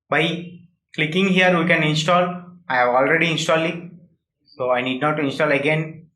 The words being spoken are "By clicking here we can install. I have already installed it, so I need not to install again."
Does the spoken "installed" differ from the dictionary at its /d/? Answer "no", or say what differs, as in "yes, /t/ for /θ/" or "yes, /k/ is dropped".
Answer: yes, /d/ is dropped